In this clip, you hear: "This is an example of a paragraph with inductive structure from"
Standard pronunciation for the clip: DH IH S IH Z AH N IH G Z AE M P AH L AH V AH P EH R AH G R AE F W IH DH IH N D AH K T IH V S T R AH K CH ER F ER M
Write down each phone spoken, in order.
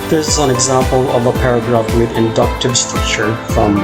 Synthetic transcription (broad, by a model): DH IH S IH Z AH N IH G Z AE M P AH L AH V AH P EH R AH G R AE F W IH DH IH N D AH K T IH V S T R AH K CH ER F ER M